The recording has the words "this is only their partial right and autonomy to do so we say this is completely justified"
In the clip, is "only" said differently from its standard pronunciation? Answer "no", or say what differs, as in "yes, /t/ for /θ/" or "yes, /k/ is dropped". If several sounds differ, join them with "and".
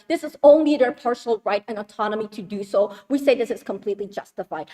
no